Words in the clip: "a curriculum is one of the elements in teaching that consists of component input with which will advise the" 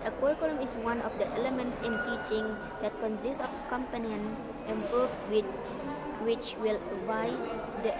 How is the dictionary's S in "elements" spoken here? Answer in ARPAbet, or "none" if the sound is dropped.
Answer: S